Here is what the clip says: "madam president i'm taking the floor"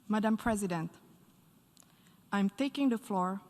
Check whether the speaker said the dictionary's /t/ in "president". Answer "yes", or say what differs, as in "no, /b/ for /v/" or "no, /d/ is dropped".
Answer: yes